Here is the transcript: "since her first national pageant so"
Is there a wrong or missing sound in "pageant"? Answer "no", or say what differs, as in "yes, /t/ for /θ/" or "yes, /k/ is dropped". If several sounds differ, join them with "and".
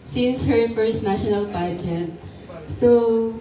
yes, /n/ is dropped